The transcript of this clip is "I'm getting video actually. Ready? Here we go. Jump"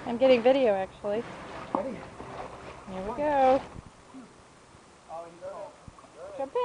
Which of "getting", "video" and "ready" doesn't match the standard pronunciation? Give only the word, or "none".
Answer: ready